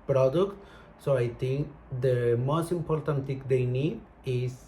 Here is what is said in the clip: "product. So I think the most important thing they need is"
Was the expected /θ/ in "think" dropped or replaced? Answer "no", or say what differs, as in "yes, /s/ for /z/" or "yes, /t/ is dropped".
yes, /t/ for /θ/